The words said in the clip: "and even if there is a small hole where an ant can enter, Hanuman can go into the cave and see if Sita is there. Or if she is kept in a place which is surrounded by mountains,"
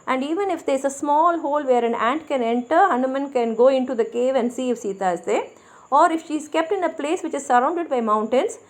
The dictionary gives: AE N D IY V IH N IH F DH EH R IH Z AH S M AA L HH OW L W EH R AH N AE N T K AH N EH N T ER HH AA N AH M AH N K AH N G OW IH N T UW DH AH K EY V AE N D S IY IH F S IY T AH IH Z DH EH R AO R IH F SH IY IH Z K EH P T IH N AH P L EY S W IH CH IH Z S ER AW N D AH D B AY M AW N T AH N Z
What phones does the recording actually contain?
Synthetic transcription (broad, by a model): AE N D IY V IH N IH F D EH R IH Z AH S M AA L HH OW L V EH R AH N AE N T K AH N EH N T ER HH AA N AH M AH N K AH N G OW IH N T UW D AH K EY V AE N D S IY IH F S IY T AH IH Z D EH AO R IH F SH IY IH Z K EH P T IH N AH P L EY S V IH CH IH Z S ER AW N D AH D B AY M AW N T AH N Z